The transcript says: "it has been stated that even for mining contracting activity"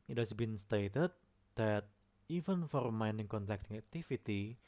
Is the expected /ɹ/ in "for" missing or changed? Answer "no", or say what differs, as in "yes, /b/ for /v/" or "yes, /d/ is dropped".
no